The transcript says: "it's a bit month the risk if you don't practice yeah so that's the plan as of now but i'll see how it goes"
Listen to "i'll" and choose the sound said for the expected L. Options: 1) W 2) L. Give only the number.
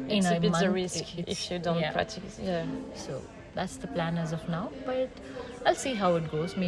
2